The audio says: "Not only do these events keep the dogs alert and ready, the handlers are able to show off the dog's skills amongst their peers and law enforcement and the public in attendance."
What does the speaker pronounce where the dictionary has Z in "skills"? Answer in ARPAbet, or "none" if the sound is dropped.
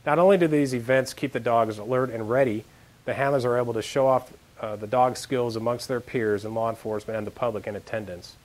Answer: Z